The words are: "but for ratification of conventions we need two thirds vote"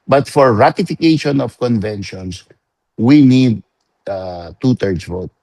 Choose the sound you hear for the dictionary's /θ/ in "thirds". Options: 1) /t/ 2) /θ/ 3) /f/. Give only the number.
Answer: 1